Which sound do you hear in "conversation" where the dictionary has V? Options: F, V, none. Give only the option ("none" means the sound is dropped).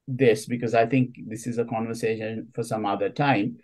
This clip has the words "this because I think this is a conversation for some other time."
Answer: V